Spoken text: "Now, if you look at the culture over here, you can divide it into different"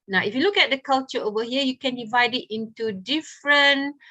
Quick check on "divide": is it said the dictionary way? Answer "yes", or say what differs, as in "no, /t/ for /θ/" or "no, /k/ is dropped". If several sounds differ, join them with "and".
yes